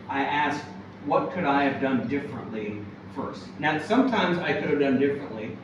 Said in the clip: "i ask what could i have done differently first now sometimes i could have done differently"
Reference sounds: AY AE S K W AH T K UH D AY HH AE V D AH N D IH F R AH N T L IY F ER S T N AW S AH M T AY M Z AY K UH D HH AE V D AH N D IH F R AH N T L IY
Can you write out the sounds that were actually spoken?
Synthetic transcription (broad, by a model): AY AE S K W AH T K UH D AY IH V D AH N D IH F R AH N T L IY F ER S T N AW S AH M T AY M Z AY K UH D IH V D AH N D IH F R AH N T L IY